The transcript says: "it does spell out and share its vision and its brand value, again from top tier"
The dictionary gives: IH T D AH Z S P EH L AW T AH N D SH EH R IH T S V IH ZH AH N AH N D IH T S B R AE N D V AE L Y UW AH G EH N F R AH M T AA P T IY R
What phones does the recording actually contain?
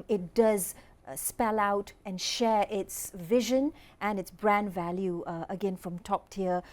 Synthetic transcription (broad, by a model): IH T D AH Z S P EH L AW T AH N SH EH R IH T S V IH ZH AH N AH N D IH T S B R AE N D V AE L Y UW AH G EH N F R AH M T AA P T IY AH